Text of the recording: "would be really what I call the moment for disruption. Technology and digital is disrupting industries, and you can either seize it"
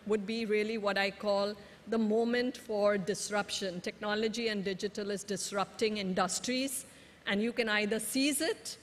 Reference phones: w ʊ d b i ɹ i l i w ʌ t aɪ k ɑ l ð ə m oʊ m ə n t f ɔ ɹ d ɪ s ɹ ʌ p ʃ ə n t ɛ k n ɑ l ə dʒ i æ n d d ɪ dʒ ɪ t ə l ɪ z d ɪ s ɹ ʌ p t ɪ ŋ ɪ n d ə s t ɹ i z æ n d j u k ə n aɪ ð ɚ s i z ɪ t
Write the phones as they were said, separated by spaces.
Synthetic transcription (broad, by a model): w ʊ d b i ɹ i l i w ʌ t aɪ k ɑ l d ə m oʊ m ə n t f ɔ ɹ d ɪ s ɹ ʌ p ʃ ə n t ɛ k n ɑ l ə dʒ i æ n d d ɪ dʒ ɪ t ə l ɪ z d ɪ s ɹ ʌ p t ɪ ŋ ɪ n d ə s t ɹ i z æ n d j u k ə n aɪ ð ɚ s i z ɪ t